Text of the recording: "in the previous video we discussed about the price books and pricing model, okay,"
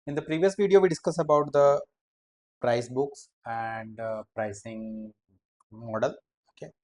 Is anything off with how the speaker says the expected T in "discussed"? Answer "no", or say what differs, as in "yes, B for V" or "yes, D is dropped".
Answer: yes, T is dropped